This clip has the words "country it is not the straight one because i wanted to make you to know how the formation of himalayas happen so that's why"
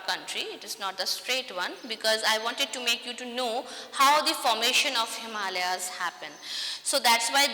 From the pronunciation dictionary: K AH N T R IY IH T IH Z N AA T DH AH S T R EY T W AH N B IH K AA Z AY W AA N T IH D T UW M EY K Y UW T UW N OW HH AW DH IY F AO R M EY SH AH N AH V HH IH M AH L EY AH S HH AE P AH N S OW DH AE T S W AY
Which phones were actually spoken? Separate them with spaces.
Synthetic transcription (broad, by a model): K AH N T R IY IH T IH Z N AA T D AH S T R EY T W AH N B IH K AA Z AY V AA N T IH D T UW M EY K Y UW T UW N OW HH AW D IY F AO R M EY SH AH N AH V HH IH M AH L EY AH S HH AE P AH N S OW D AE T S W AY